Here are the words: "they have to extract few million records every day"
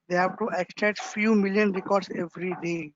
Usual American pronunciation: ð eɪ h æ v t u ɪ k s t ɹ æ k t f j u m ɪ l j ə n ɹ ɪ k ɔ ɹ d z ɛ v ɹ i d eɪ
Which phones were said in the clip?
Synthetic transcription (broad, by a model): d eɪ h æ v t u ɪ k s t ɛ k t f j u m ɪ l j ə n ɹ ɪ k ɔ ɹ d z ɛ v ɹ i d eɪ